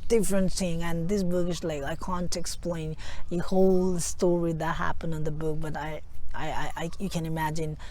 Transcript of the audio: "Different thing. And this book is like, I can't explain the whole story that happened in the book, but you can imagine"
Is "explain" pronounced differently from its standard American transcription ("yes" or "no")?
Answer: no